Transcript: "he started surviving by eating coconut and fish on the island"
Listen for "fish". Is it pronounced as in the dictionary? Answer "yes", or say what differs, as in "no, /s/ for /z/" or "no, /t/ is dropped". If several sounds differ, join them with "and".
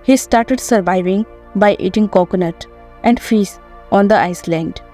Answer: no, /s/ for /ʃ/